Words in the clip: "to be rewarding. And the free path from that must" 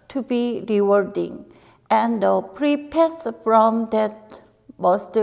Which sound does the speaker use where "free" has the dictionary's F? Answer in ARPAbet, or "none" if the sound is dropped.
P